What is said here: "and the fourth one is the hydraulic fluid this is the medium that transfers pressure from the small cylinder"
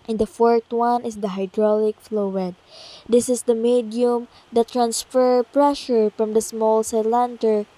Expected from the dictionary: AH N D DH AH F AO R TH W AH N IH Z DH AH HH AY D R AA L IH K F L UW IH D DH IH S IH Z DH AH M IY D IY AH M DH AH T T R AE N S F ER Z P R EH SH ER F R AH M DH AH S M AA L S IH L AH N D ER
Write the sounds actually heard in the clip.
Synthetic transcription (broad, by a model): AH N D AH F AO R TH W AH N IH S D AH HH AY D R AA L IH K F L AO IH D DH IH S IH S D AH M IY D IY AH M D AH T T R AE N S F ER P R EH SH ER F R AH M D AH S M AA L S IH L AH N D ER